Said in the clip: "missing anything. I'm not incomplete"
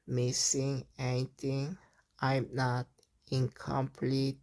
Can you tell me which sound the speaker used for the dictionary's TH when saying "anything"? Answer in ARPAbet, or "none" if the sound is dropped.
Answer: T